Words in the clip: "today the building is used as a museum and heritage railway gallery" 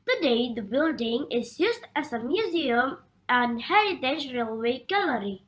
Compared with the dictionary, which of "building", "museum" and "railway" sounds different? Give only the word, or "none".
none